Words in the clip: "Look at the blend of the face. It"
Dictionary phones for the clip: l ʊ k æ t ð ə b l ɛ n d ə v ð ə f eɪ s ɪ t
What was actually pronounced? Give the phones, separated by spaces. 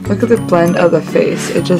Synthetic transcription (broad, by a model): l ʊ k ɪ t ð ə b l ɛ n d ə v ð ə f eɪ s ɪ t